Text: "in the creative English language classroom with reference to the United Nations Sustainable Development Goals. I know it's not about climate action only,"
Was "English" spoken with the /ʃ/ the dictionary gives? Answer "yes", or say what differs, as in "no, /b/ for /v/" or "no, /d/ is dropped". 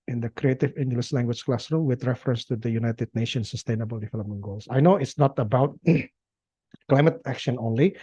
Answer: no, /s/ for /ʃ/